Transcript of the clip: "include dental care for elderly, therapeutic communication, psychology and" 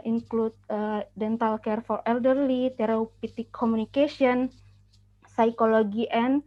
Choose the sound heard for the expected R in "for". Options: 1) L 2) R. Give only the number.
2